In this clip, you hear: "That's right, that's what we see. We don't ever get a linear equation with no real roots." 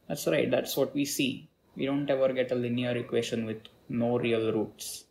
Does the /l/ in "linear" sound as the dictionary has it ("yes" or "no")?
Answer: yes